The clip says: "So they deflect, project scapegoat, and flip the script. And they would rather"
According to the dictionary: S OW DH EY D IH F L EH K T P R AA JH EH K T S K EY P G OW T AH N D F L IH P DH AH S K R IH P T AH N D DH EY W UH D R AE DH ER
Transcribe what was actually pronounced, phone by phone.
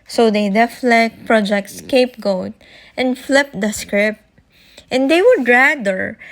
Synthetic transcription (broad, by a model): S OW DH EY D IH F L EH K T P R AA JH EH K T S K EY P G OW T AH N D F L IH P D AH S K R IH P T AH N D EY W UH D R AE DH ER